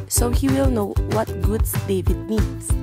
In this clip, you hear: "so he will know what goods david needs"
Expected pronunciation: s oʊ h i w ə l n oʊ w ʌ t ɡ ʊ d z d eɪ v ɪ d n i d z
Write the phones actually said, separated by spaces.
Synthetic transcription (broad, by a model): s oʊ h i w ə l n oʊ w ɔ t ɡ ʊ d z d eɪ v ɪ d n i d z